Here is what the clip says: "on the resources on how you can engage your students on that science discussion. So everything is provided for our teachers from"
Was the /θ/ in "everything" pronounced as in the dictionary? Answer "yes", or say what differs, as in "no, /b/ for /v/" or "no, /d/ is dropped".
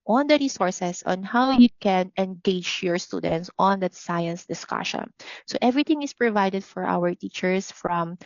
no, /t/ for /θ/